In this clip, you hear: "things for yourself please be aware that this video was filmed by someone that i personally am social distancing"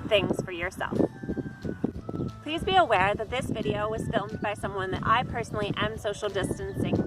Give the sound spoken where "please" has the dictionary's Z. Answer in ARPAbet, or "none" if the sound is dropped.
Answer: Z